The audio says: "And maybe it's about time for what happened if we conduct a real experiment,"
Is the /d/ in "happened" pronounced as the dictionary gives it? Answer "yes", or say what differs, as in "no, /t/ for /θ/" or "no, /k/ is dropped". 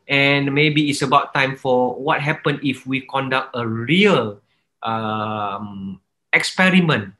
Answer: no, /d/ is dropped